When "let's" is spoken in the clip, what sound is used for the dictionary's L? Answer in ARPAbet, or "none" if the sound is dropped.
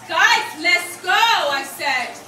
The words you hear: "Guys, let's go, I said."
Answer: L